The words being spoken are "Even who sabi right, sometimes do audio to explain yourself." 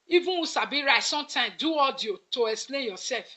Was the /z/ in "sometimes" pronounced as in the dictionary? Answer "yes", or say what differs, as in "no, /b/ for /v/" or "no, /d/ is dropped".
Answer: no, /z/ is dropped